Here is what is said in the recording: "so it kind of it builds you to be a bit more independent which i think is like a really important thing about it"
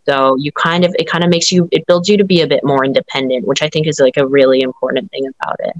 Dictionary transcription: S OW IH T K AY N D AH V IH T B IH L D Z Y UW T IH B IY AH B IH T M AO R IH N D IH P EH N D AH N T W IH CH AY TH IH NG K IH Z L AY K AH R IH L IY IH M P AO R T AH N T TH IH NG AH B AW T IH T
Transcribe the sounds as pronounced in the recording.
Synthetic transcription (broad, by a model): S OW IH T K AY N D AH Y IH T B IH L D Z Y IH T IH B IY AH B IH T M AO R IH N D IH P EH N D AH N T W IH CH AY TH IH NG K IH Z L AY K AH R IH L IY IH M P AO R T N TH IH NG AH B AW T IH T